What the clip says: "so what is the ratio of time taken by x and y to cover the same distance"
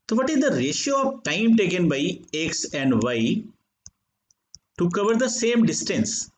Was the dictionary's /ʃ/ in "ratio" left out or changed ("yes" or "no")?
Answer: no